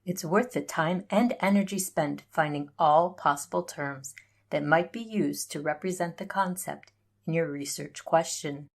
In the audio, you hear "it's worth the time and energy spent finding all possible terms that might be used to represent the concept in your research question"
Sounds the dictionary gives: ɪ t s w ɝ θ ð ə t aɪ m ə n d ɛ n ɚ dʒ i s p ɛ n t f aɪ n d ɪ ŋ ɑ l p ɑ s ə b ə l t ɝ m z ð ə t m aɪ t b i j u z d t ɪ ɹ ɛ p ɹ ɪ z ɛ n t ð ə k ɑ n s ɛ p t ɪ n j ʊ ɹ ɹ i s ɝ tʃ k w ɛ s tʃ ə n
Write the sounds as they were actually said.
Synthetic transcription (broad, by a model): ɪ t s w ɝ θ ð ə t aɪ m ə n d ɛ n ɚ dʒ i s p ɛ n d f aɪ n d ɪ ŋ ɑ l p ɑ s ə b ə l t ɝ m z ð ə t m aɪ t b i j u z t ɪ ɹ ɛ p ɹ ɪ z ɛ n ð ə k ɑ n s ɛ p t ɪ n j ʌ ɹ ɹ i s ɝ tʃ k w ɛ s tʃ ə n